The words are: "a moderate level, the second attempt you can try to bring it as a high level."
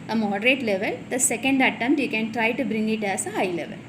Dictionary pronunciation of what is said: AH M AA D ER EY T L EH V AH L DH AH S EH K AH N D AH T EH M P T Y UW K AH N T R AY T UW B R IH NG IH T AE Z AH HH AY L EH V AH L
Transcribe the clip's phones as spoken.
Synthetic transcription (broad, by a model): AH M AA D ER EY T L EH V AH L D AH S EH K AH N D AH T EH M T Y UW K AH N T R AY T UW B R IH NG IH T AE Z AH HH AY L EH V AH L